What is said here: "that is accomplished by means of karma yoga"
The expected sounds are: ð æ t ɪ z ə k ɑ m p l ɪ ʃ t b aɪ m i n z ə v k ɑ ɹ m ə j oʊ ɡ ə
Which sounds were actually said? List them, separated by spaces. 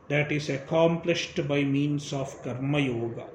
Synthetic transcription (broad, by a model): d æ t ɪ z ə k ɑ m p l ɪ ʃ t b aɪ m i n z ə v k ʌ ɹ m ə j oʊ ɡ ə